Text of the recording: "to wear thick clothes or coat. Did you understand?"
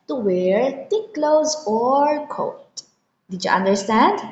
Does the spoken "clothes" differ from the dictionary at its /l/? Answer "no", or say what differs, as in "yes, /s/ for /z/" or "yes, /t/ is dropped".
no